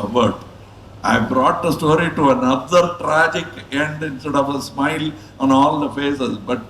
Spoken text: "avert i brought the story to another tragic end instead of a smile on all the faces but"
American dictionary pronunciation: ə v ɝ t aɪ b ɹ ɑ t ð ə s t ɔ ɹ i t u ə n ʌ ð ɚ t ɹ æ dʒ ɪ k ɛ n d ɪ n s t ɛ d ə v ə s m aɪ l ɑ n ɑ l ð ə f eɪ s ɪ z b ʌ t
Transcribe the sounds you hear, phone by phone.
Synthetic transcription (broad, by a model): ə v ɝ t aɪ b ɹ ɑ t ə s t ɔ ɹ i t u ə n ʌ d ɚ t ɹ æ dʒ ɪ k ɛ n d ɪ n s t ɛ d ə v ə s m aɪ l ɑ n ɑ l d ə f eɪ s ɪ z b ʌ t